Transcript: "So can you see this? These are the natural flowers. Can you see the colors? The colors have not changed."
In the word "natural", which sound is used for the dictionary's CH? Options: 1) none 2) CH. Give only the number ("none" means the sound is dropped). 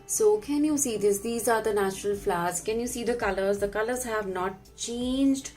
2